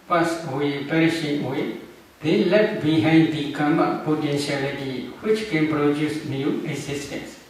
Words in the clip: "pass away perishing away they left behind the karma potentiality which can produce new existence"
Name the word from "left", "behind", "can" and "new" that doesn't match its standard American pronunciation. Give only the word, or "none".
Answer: left